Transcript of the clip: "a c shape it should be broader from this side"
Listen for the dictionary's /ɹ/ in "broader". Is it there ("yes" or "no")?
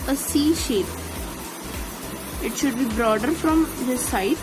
yes